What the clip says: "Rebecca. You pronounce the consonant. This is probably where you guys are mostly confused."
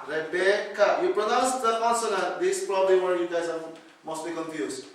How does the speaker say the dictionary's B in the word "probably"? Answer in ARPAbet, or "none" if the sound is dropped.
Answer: B